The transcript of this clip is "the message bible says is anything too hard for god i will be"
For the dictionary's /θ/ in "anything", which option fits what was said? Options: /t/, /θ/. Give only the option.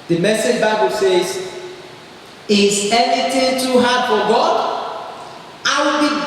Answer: /t/